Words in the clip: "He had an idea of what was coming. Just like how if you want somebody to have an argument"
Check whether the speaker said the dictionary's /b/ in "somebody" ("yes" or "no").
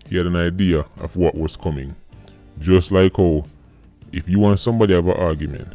yes